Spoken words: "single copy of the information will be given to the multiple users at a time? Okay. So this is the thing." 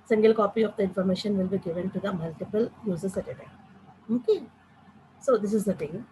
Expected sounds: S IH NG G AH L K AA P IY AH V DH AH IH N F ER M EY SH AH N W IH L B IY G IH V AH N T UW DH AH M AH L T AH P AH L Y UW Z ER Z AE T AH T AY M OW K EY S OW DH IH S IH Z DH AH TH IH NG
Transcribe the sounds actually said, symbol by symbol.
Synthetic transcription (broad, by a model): S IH NG G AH L K AA P IY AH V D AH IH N F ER M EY SH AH N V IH L B IY G IH V AH N T UW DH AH M AH L T AH P AH L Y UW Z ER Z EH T AH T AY OW K EY S OW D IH S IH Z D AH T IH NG